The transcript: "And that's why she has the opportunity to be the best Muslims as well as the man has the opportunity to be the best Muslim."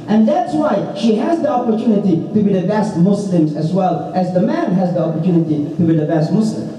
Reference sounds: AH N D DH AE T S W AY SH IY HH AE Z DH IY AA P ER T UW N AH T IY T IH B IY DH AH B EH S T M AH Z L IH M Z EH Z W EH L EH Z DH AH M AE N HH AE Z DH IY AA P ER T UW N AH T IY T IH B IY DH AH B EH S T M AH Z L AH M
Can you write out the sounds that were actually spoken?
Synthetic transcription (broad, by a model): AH N DH AE T S W AY SH IY HH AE Z DH IY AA P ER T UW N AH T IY T IH B IY DH AH B EH S T M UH S L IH M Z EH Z W EH L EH Z DH AH M AE N HH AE Z DH IY AA P ER T UW N AH T IY T IH B IY DH AH B EH S T M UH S L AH M